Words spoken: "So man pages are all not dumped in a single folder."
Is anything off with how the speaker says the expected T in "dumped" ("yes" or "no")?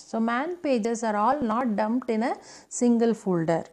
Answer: no